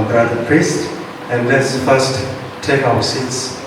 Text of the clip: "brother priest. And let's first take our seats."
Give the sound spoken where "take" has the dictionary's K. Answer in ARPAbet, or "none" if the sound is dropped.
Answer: K